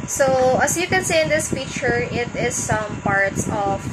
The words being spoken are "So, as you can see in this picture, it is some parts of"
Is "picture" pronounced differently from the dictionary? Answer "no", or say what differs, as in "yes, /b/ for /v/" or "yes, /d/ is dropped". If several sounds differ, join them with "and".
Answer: yes, /f/ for /p/ and /k/ is dropped